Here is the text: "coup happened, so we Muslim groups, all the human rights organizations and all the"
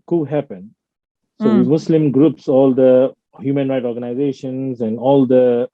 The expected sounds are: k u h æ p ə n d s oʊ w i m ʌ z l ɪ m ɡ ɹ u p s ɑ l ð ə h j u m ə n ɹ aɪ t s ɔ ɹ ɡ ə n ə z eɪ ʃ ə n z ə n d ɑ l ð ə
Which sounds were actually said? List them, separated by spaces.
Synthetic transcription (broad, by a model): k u h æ p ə n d s oʊ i m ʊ s l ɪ m ɡ ɹ u p s ɑ l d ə h j u m ə n ɹ aɪ t ɔ ɹ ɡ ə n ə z eɪ ʃ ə n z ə n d ɑ l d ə